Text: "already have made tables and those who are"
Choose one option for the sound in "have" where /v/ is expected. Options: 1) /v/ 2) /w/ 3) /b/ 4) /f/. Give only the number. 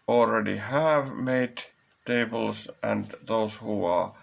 1